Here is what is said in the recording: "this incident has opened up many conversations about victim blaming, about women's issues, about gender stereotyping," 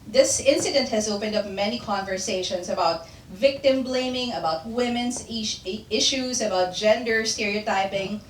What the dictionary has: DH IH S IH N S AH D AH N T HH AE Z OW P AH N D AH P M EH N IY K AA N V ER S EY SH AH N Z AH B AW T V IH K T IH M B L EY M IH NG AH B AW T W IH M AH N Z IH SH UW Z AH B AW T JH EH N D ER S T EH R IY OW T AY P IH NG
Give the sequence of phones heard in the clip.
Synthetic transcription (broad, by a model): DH IH S IH N S AH D AH N T HH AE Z OW P AH N D AH P M EH N IY K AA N V ER S EY SH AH N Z AH B AW T V IH K T IH M B L EY M IH NG AH B AW T W IH M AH N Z IH SH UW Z AH B AW T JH EH N D ER S T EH R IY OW T AY P IH NG